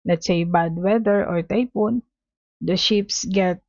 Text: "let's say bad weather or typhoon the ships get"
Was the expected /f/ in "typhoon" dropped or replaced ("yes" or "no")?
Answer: yes